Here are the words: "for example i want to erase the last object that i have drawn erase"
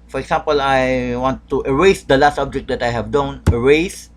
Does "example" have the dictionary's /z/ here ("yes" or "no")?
no